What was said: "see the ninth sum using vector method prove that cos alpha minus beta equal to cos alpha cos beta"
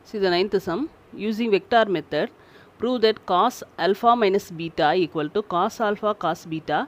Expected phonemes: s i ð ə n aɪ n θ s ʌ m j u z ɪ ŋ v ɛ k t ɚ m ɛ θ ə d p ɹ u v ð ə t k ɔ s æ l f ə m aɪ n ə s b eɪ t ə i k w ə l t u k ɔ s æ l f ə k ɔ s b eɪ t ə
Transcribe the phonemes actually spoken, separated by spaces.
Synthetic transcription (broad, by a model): s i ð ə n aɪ n t s ʌ m j u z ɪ ŋ v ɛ k t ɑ m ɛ t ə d p ɹ u v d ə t k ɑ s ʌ l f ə m aɪ n ə s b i t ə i k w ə l t u k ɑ s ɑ l f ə k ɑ s b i t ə